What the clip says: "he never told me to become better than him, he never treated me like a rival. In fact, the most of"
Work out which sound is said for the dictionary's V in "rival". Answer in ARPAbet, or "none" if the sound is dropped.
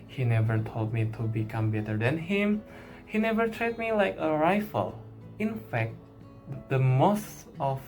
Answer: F